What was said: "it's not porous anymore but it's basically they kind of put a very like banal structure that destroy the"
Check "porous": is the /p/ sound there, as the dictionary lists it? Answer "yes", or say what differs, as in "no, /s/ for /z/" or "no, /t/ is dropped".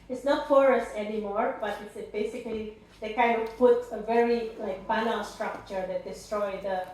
no, /f/ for /p/